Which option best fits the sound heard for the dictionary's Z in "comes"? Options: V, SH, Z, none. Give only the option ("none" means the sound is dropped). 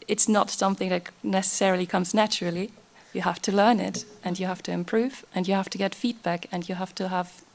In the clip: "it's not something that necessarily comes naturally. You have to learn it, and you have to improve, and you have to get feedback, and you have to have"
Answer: Z